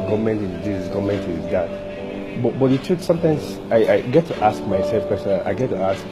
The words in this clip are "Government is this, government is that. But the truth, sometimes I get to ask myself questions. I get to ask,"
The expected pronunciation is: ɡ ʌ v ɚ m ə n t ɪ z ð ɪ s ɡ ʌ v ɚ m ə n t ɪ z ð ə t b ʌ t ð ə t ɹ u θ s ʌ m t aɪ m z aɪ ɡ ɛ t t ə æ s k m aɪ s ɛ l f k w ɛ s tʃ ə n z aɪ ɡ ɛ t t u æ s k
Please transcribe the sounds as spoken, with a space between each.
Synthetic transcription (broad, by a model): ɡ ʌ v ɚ m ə n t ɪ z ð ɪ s ɡ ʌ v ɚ m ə n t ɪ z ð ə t b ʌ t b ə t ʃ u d s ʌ m t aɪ m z aɪ ɡ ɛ t t ə s k m aɪ s ɛ l f k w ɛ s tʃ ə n aɪ ɡ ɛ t t u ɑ s k